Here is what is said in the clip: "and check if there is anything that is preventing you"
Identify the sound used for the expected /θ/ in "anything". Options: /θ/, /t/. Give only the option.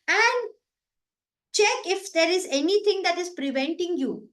/t/